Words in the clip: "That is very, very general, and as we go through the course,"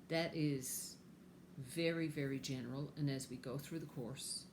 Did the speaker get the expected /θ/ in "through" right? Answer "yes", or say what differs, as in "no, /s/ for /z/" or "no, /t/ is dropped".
yes